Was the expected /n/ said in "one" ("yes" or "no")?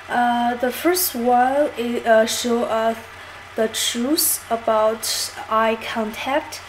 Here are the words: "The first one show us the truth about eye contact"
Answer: no